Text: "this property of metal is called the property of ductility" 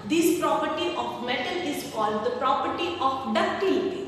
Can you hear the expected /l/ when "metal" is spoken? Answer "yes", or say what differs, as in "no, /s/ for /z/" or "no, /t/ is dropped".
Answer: yes